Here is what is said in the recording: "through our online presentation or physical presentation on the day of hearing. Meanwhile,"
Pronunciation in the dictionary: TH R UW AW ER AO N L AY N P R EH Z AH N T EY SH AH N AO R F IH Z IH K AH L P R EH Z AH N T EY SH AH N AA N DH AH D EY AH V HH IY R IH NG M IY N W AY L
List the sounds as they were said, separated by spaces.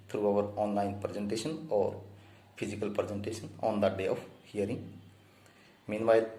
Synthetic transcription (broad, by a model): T R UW AW ER AO N L AY N P R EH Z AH N T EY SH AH N AO R P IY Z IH K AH L P R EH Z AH N T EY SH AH N AA N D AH D EY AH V HH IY R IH NG M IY N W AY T